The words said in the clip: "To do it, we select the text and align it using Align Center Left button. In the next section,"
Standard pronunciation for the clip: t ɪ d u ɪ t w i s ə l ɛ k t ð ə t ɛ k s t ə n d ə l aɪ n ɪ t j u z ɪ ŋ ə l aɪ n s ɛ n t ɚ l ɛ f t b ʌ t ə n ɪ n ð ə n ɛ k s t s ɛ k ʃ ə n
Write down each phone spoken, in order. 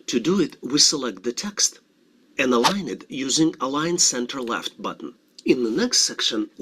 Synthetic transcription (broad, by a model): t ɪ d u ɪ t w i s ə l ɛ k t ð ə t ɛ k s t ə n ə l aɪ n ɪ t j u z ɪ ŋ ə l aɪ n s ɛ n t ɚ l ɛ f t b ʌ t n ɪ n ð ə n ɛ k s t s ɛ k ʃ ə n